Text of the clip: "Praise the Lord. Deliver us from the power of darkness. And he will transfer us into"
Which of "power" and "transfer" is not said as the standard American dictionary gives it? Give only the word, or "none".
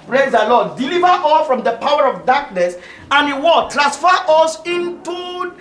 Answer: transfer